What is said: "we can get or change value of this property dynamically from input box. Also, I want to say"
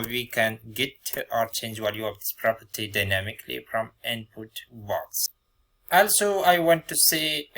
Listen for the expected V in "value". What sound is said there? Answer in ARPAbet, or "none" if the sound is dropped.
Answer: W